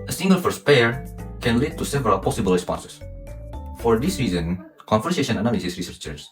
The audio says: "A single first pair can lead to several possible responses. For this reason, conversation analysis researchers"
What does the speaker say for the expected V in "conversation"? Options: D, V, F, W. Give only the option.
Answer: F